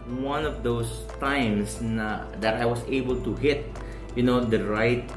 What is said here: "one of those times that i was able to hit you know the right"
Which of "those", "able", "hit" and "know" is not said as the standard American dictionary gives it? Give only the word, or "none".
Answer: those